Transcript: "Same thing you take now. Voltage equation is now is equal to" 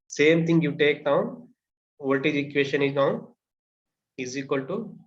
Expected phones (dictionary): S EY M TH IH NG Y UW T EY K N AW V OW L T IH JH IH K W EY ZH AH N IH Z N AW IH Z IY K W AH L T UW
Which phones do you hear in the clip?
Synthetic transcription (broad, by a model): S EY M T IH NG Y UW T EY K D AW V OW T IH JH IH K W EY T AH N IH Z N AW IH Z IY K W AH L T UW